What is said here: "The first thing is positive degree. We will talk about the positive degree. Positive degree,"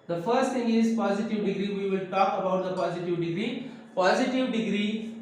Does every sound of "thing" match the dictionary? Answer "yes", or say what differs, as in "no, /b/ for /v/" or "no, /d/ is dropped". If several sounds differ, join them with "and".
no, /t/ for /θ/